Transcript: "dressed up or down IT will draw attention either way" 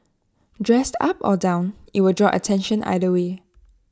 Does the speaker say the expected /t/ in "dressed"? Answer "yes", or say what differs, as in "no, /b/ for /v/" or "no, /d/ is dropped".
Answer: yes